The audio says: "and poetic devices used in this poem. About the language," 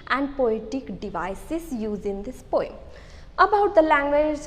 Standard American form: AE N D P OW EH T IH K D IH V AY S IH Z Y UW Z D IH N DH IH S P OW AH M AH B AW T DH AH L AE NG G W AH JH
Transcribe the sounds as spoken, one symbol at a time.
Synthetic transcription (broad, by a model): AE N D P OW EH T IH K D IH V AY S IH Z Y UW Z IH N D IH S P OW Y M AH B AW T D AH L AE NG G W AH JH